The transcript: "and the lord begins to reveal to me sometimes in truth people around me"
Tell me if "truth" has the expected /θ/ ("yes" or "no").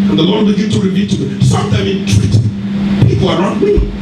no